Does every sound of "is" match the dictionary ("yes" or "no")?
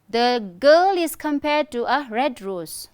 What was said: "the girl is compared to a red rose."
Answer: no